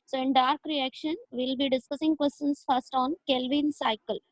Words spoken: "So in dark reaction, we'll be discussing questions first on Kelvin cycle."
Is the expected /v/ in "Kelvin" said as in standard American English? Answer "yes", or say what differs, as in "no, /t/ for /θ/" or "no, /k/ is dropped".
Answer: yes